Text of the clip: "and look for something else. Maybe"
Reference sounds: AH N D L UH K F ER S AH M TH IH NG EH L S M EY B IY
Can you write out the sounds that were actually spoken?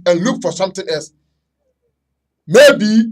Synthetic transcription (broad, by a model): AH N L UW K F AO S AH M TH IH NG EH L S M EY B IY